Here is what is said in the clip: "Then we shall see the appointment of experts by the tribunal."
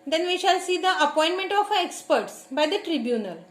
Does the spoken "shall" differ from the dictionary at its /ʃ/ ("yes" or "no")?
no